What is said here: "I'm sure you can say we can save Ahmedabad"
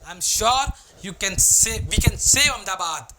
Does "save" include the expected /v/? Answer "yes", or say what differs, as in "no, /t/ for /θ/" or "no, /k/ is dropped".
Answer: no, /v/ is dropped